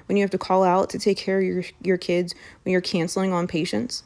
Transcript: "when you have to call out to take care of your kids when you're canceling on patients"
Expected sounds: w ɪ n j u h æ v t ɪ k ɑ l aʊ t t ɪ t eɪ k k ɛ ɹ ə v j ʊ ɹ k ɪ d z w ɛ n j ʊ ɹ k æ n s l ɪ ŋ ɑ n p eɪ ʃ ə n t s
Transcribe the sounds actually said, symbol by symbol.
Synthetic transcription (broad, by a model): w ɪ n j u h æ f t ɪ k ɑ l aʊ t t ɪ t eɪ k k ɛ ɹ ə v j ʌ ɹ k ɪ d z w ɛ n j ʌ ɹ k æ n s l ɪ ŋ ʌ n p eɪ ʃ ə n t s